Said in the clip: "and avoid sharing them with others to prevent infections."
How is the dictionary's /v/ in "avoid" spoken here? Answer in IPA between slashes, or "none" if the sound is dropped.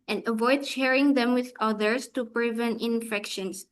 /v/